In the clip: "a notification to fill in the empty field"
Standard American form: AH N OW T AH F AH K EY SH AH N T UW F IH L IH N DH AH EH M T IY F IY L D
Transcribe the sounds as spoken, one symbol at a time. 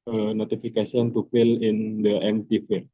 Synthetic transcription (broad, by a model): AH N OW T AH F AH K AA S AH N T UW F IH L IH N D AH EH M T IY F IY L